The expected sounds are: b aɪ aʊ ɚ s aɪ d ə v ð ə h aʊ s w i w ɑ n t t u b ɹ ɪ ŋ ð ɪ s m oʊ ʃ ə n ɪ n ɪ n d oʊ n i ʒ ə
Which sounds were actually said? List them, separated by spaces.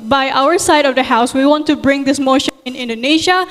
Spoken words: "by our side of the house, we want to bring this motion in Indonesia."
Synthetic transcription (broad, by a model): b aɪ aʊ ɚ s aɪ d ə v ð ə h aʊ s w i w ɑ n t t u b ɹ ɪ ŋ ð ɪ s m oʊ ʃ ə n ɪ n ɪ n d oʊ n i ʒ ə